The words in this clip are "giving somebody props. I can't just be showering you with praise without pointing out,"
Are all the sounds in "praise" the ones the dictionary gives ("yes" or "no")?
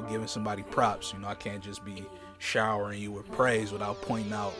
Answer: yes